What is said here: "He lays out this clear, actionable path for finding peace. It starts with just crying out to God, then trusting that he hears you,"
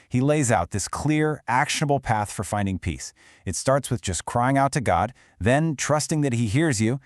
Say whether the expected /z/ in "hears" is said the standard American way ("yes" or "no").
yes